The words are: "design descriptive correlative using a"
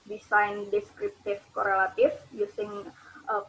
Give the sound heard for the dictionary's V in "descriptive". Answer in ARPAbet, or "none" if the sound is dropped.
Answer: F